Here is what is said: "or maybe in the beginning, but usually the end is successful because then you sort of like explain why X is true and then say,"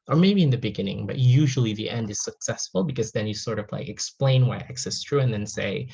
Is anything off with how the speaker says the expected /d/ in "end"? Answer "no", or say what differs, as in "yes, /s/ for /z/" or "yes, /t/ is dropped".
no